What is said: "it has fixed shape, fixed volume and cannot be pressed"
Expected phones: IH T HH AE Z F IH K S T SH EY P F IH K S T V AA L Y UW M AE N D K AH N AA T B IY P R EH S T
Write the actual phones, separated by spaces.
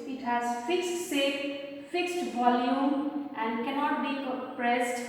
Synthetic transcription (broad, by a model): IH T HH AE Z F IH K S T S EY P F IH K S T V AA L Y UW M AE N D K AH N AA T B IY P R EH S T